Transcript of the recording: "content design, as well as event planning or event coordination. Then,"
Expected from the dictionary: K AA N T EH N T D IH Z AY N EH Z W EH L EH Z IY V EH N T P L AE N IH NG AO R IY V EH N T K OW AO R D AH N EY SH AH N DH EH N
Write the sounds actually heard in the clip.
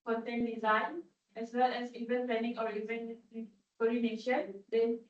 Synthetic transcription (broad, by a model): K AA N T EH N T D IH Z AY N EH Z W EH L EH Z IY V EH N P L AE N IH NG AO R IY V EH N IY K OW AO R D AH N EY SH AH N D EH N